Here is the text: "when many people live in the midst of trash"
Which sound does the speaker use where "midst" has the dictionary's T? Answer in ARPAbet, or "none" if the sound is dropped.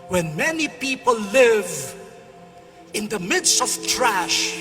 T